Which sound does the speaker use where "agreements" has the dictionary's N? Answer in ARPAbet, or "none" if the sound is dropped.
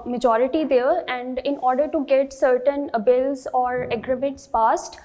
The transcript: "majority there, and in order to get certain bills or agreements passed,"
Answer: none